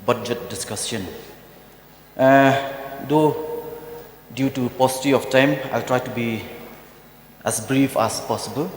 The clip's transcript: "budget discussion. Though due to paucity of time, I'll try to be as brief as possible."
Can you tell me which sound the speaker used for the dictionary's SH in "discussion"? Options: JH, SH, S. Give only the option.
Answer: S